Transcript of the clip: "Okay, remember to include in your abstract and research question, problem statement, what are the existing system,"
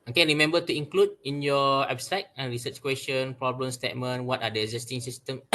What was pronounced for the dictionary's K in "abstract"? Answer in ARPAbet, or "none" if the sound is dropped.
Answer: none